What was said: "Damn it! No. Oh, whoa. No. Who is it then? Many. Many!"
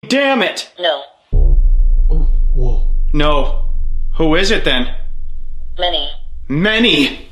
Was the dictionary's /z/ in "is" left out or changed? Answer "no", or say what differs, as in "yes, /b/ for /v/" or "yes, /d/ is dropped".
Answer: no